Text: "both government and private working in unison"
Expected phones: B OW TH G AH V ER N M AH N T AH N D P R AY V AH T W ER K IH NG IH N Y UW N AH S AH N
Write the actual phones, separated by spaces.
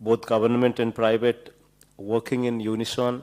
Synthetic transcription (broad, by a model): B OW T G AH B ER N M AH N T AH N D P R AY B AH T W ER K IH NG IH N Y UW N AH S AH N